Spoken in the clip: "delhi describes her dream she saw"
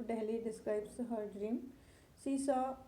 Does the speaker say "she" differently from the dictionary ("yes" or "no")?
yes